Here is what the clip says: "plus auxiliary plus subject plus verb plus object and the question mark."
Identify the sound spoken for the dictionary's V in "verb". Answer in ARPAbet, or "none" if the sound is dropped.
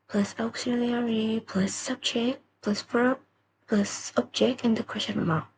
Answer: F